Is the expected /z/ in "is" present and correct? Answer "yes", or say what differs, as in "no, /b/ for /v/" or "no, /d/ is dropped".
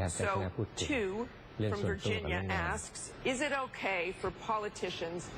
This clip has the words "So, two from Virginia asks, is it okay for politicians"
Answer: yes